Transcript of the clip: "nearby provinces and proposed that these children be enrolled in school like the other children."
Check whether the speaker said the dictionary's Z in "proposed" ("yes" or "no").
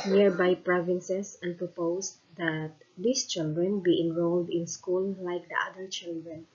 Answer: no